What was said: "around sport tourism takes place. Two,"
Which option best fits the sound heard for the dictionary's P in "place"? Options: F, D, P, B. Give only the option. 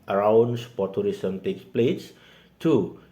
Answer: P